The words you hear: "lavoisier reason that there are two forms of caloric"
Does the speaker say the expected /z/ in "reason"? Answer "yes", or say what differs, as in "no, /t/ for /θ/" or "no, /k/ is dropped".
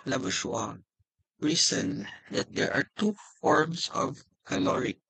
no, /s/ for /z/